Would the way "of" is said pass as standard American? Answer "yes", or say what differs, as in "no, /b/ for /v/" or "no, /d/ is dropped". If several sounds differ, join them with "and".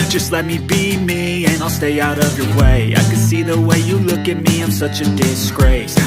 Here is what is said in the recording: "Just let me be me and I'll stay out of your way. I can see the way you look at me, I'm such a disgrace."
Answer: yes